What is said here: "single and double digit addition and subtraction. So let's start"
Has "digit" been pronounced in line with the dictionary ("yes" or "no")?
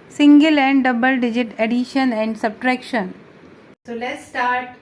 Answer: yes